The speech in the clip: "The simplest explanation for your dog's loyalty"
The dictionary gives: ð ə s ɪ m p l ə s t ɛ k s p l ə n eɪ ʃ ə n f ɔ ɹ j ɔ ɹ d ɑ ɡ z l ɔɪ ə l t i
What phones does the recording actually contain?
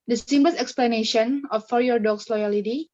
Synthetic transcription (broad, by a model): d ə s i m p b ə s ɛ k s p l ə n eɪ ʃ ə n f ɔ ɹ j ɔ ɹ d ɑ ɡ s l ɔɪ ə l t i